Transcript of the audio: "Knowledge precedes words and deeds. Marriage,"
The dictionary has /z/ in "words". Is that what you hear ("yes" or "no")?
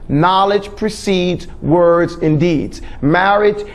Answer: yes